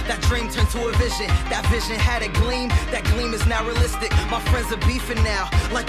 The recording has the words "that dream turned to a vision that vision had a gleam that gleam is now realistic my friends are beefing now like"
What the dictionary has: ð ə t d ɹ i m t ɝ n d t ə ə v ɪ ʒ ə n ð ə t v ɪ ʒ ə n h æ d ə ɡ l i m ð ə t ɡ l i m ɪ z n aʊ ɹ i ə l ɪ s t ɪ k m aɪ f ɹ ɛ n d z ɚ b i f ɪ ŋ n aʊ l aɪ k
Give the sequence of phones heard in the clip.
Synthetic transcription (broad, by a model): ð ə t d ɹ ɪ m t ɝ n t ə ə v ɪ ʒ ə n ð ə t v ɪ ʒ ə n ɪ d ə ɡ l i m ð ə t ɡ l i m ɪ z n aʊ ɹ i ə l ɪ s t ɪ k m aɪ f ɹ ɛ n d z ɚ b i f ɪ n aʊ l aɪ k